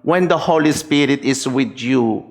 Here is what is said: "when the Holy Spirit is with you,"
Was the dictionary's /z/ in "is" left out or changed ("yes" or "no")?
yes